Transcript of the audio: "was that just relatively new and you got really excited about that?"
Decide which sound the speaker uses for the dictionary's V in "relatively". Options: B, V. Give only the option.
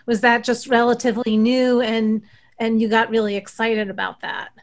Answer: V